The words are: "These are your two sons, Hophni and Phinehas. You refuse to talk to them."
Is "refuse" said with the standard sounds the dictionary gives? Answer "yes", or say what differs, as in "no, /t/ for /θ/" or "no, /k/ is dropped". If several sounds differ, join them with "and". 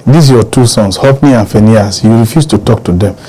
no, /s/ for /z/